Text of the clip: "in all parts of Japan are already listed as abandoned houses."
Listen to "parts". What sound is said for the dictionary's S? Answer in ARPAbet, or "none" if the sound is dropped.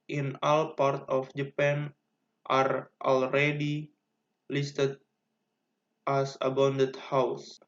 none